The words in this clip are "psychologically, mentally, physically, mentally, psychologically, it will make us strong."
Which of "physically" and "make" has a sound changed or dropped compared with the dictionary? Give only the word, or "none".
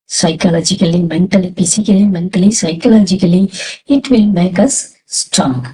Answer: physically